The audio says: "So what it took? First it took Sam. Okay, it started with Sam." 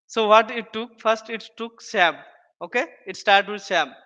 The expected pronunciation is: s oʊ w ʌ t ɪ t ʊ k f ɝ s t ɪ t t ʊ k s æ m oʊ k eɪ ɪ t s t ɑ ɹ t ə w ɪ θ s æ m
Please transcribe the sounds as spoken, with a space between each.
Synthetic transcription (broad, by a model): s oʊ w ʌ t ɪ t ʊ k f ɝ s t ɪ t t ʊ k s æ m oʊ k eɪ ɪ t s t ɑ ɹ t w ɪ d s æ m